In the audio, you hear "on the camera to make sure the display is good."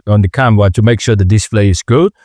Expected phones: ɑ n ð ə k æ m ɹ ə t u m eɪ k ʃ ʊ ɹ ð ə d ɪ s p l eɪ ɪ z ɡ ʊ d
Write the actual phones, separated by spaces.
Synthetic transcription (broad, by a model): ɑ n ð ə k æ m w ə t u m eɪ k ʃ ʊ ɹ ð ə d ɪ s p l eɪ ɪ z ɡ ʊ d